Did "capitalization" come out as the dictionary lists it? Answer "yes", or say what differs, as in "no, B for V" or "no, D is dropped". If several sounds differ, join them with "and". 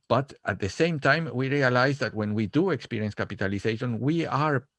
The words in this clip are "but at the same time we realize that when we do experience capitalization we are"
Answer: no, S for Z